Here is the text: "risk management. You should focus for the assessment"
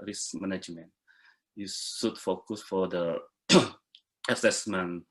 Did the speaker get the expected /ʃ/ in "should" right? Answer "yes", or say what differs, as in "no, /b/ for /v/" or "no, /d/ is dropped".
no, /s/ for /ʃ/